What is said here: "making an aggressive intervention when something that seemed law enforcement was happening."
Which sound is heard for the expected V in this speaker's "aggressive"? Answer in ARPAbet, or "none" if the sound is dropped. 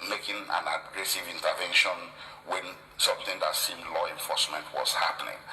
V